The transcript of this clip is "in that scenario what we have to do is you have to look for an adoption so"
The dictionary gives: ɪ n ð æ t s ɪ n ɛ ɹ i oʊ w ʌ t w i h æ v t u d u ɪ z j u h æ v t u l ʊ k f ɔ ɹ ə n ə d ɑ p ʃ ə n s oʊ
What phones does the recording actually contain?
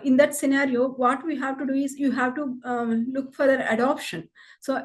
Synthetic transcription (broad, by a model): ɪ n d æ t s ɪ n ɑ ɹ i oʊ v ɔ t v i h æ v t u d u ɪ z j u h æ v t u l ʊ k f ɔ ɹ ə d ə d ɑ p ʃ ə n s oʊ